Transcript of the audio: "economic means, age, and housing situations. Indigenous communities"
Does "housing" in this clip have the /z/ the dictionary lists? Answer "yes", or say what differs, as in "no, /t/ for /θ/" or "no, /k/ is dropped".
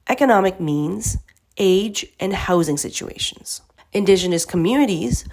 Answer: yes